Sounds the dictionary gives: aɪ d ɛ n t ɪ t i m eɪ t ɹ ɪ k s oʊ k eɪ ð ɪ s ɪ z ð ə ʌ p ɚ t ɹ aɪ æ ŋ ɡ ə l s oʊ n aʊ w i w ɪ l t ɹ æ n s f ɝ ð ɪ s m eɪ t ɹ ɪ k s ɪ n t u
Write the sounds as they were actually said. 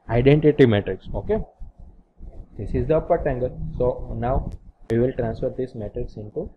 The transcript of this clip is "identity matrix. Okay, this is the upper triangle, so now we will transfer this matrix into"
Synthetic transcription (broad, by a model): aɪ d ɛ n t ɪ t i m eɪ t ɹ ɪ k s oʊ k eɪ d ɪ s ɪ z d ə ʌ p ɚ t aɪ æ ŋ ɡ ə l s oʊ n aʊ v i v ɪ l t ɹ æ n s f ɝ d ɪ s m eɪ t ɹ ɪ k s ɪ n t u